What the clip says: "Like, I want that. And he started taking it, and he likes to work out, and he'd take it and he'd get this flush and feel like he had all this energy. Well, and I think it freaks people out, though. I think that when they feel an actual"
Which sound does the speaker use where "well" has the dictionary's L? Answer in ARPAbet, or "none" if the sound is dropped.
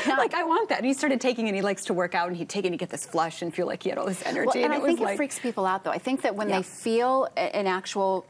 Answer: N